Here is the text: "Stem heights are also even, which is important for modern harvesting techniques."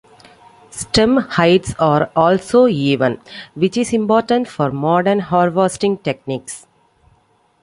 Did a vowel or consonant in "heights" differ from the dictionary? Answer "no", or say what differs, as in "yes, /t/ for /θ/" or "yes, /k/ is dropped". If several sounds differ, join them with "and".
no